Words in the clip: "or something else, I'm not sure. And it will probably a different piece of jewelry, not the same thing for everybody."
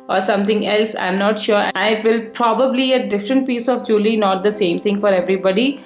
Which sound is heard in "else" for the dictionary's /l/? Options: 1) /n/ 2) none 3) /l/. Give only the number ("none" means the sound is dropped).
3